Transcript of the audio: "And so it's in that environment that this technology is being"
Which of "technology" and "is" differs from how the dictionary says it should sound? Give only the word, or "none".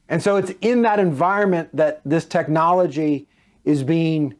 none